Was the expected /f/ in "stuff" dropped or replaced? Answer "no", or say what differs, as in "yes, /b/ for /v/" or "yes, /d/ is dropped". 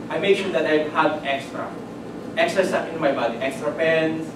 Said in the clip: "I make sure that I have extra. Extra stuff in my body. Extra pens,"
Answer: yes, /p/ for /f/